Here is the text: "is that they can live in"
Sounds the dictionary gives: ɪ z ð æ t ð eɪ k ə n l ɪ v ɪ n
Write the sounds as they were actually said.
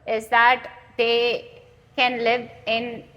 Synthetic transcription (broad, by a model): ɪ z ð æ t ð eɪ k ə n l ɪ v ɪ n